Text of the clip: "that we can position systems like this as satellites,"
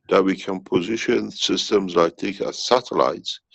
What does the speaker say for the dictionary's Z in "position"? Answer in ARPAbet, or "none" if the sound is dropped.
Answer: Z